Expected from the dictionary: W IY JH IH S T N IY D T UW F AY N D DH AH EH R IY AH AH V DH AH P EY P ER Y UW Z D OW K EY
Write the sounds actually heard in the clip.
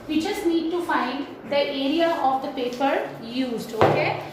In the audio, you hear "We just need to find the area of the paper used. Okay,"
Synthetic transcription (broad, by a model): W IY CH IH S N IY D T UW F AY N D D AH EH R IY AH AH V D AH P EY P ER Y UW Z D OW K EY